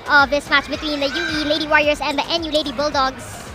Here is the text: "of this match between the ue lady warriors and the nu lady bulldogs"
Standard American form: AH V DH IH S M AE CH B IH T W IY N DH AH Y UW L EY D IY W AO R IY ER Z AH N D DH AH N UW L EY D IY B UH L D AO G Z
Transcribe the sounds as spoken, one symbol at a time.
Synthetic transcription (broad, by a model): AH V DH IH S M AE CH B IH T W IY N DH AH Y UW L EY D IY W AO R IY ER S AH N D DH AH N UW L EY D IY B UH L D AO G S